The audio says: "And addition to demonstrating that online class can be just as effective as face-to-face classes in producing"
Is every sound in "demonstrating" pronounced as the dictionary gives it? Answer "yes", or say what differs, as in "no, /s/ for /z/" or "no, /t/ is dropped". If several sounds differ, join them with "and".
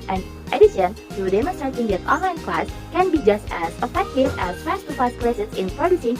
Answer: no, /n/ is dropped